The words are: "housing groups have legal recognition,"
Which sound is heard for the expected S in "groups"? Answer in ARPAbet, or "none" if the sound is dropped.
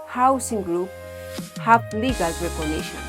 none